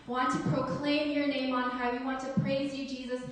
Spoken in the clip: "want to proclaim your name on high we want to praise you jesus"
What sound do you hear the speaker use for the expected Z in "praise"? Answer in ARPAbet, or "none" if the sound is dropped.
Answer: Z